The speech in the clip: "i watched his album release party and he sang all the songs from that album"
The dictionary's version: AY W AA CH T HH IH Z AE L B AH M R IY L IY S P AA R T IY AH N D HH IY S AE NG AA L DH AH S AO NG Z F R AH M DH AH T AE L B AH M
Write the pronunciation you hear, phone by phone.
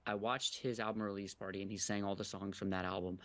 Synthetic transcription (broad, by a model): AY W AA CH T HH IH Z AE L B AH M R IY L IY S P AA R T IY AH N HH IY S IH NG AA L DH AH S AO NG Z F R AH M DH AH T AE L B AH M